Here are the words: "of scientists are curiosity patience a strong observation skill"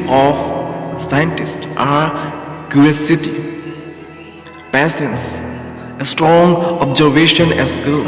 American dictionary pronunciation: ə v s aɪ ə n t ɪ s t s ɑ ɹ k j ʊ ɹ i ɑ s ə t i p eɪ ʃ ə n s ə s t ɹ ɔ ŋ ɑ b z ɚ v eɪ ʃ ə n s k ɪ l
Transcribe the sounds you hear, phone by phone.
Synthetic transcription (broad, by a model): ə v s aɪ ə n t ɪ s t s ɑ ɹ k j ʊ i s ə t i p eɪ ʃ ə n s ə s t ɹ ɔ ŋ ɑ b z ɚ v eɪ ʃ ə n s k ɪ l